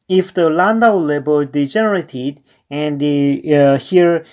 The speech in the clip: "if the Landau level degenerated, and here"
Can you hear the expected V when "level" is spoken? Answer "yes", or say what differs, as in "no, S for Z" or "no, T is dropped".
no, B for V